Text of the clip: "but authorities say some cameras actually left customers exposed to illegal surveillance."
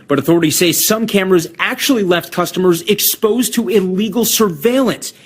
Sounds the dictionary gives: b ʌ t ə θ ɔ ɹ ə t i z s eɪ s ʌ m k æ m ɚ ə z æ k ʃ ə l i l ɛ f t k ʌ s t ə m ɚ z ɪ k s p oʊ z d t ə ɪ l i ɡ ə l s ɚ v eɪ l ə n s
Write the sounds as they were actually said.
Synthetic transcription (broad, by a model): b ʌ t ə θ ɔ ɹ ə t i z s eɪ s ʌ m k æ m ɚ ə z æ k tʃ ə l i l ɛ f t k ʌ s t ə m ɚ z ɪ k s p oʊ z t ə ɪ l i ɡ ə l s ɚ v eɪ l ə n s